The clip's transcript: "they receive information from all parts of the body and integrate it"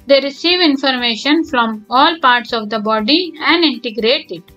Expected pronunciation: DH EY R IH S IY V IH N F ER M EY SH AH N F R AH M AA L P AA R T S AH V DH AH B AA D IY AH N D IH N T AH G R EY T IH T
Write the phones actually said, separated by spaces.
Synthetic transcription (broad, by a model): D EY R IH S IY V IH N F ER M EY SH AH N F R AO M AA L P AA R T S AH V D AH B AA D IY AH N D IH N T AH G R EY T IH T